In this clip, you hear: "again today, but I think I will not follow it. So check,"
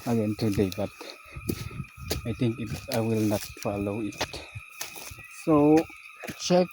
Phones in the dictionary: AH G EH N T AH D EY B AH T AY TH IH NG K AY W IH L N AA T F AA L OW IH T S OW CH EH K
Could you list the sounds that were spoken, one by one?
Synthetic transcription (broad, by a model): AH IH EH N T AH D EY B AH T AY T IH NG K AY W IH L N AA T F AA L OW IH T S OW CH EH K